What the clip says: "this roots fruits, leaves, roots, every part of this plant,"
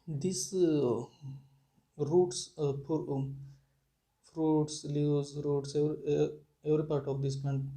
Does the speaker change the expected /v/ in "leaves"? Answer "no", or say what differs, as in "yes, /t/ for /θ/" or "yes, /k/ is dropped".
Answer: yes, /v/ is dropped